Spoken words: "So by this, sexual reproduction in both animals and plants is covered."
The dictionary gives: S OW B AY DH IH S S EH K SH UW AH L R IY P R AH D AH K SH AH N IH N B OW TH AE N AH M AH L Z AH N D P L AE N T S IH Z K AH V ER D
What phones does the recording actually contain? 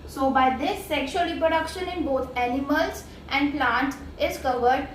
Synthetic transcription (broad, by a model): S OW B AY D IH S S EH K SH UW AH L R IY P R AH D AH K SH AH N IH N B OW T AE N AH M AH L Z AH N D P L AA N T IH Z K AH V ER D